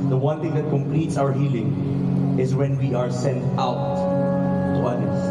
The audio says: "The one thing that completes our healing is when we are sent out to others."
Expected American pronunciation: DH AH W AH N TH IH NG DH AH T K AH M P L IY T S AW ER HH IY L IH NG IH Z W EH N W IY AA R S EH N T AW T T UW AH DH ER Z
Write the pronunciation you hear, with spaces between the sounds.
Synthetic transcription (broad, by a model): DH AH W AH N T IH NG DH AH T K AH M P L IY T S AW ER HH IY L IH NG IH Z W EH N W IY AA R S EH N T AW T T UW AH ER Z